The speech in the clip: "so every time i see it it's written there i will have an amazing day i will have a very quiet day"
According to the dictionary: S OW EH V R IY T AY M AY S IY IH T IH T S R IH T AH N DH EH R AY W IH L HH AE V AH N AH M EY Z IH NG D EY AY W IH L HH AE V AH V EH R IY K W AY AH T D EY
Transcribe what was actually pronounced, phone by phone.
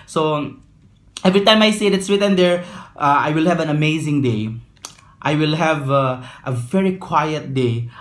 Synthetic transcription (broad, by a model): S OW EH V R IY T AY M AY S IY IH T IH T S W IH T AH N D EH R AY W IH L HH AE V AH N AH M EY Z IH NG D EY AY W IH L HH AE V AH V EH R IY K W AY AH T D EY